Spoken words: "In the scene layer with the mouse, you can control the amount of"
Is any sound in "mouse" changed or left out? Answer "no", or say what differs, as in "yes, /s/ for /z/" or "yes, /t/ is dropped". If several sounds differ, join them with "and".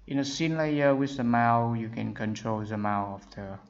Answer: yes, /s/ is dropped